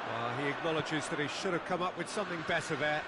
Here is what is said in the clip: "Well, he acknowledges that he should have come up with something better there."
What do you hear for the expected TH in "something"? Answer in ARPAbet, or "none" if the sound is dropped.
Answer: TH